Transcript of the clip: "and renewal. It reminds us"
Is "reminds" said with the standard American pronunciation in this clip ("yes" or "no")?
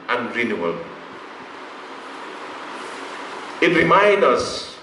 no